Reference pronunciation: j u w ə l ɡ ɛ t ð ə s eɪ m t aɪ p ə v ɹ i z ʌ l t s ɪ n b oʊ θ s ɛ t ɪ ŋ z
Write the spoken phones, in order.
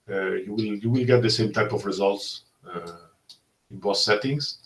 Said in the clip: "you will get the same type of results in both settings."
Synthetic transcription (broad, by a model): j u w ə l ɡ ɛ t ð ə s eɪ m t aɪ p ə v ɹ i z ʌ l t s ɪ n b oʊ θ s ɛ t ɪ ŋ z